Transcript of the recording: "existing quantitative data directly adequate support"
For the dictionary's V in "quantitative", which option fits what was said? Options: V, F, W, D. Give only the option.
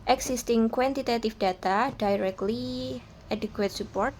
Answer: F